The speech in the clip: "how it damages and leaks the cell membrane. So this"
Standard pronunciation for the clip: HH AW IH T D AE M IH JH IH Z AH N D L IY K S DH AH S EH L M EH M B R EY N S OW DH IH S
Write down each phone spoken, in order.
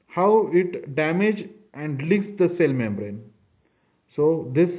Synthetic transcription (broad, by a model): HH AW IH T D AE M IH JH AH N D L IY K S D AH S EH L M EH M B R EY N S OW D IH S